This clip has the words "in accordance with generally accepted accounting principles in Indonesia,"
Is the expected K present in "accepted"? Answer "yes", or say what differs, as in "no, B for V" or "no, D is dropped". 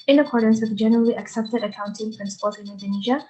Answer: yes